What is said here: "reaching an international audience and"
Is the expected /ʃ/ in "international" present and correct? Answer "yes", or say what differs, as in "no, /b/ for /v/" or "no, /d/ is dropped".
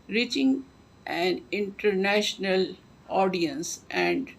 yes